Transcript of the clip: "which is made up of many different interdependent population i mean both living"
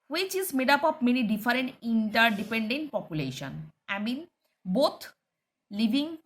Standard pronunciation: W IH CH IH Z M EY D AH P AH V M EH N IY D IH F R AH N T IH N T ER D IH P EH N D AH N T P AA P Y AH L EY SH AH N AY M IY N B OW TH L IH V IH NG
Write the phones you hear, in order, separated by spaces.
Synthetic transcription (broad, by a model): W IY CH IH Z M EY D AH P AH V M EH N IY D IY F R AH N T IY N T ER D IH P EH N D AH N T P AA P Y AH L EY SH AH N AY M IY N B OW T L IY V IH NG